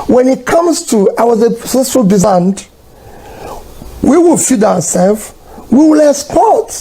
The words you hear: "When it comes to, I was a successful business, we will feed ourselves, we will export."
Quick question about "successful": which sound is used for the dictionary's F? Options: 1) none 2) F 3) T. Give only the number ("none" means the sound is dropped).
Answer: 1